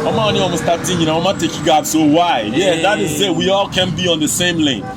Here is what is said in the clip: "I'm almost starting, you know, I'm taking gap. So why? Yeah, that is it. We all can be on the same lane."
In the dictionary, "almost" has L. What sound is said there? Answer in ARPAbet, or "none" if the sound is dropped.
N